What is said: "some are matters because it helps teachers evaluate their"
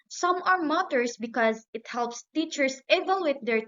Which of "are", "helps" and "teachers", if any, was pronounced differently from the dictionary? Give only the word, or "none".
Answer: teachers